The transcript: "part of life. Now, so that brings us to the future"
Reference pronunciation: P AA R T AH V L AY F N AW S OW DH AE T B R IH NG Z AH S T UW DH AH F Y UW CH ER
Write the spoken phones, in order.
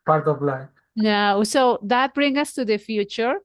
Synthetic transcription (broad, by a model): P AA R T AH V L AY N AW S OW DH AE T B R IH NG AH S T UW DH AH F Y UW CH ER